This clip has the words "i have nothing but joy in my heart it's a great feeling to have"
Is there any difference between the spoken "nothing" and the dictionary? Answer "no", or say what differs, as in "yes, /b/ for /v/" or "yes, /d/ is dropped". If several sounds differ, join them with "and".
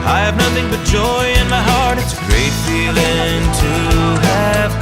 no